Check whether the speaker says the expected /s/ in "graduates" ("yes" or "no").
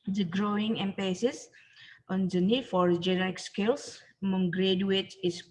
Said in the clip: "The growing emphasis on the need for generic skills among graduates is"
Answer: no